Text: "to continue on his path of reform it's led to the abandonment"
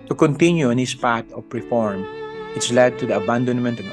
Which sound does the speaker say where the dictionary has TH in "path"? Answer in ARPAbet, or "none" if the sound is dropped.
T